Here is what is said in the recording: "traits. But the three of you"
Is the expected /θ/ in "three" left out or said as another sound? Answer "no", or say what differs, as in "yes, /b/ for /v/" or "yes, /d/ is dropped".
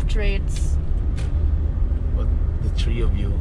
yes, /t/ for /θ/